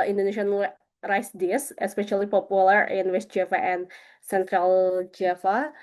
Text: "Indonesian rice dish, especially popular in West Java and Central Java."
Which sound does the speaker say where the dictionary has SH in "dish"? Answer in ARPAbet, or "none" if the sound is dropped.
S